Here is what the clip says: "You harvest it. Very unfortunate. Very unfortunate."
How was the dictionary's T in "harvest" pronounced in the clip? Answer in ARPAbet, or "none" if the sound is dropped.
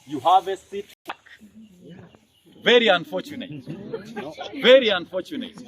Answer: none